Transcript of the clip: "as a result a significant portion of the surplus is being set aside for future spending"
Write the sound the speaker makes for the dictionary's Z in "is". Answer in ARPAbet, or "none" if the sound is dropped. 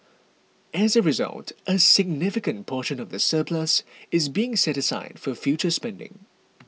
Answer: Z